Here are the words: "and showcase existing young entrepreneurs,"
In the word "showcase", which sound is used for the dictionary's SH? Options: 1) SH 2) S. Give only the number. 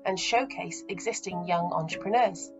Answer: 1